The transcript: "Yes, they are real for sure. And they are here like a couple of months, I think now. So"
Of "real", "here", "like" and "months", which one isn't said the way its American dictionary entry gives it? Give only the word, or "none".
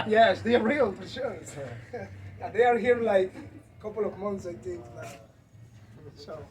none